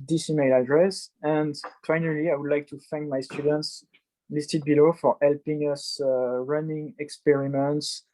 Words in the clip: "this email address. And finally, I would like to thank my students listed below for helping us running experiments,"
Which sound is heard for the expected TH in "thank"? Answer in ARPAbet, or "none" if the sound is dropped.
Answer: F